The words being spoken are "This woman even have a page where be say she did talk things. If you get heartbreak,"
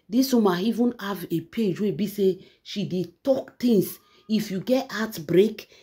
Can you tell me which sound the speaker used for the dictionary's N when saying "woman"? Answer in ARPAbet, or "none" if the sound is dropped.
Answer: none